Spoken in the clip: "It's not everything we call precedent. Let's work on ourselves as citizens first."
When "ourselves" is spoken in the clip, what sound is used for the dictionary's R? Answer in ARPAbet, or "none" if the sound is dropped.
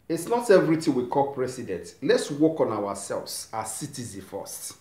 W